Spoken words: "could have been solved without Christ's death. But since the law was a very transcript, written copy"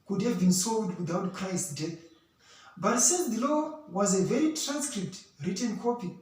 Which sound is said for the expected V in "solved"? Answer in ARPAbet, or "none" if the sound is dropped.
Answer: none